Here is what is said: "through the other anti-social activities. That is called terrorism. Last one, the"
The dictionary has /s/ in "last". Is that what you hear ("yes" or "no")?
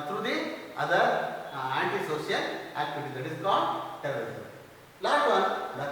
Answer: no